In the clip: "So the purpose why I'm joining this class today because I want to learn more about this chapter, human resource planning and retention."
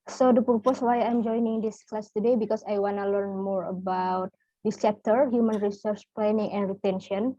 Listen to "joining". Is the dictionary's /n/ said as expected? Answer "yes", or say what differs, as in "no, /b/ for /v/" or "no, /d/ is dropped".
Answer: yes